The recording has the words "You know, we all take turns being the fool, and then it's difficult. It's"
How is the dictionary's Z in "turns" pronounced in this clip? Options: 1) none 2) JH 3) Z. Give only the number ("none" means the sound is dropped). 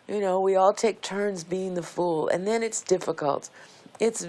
3